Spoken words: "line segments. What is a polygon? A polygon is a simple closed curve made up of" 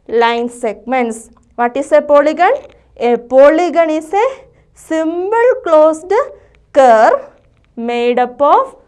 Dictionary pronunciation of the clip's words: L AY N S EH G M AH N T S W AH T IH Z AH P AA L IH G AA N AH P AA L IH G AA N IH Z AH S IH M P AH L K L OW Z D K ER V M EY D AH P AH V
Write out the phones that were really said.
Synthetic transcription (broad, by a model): L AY N S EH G M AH N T S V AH T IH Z AH P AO L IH G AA N AH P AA L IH G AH N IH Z AH S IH M B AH L K L OW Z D K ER M EY D AH P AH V